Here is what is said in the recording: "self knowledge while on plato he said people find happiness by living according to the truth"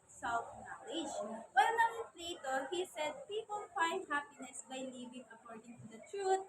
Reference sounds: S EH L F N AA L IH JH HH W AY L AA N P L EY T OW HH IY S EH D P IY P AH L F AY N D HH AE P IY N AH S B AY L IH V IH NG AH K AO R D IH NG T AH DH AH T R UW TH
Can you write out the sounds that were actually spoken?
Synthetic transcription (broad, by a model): S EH L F N AA L IH JH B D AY N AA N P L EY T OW HH IY S EH D P IY P AH L F AY N D HH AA P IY N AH S B AY L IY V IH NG AH K AO R D IH NG T AH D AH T R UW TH